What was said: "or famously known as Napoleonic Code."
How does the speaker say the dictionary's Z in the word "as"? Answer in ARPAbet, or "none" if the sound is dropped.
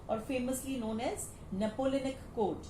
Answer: Z